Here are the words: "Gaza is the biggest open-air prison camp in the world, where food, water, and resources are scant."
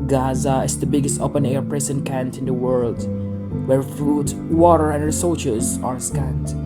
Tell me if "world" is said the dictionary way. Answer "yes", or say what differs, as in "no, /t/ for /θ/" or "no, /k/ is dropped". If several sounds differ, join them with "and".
yes